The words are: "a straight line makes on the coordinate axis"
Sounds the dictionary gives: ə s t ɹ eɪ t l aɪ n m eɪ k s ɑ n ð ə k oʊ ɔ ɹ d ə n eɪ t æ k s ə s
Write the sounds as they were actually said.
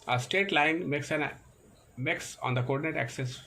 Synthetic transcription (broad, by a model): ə s t eɪ t l aɪ n m eɪ k s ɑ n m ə k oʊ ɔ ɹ d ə n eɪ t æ k s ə s